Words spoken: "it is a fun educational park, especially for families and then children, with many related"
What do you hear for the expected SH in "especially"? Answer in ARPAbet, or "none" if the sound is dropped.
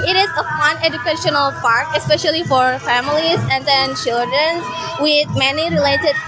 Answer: SH